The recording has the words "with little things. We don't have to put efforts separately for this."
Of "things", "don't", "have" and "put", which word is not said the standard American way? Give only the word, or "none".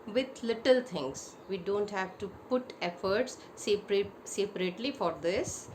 things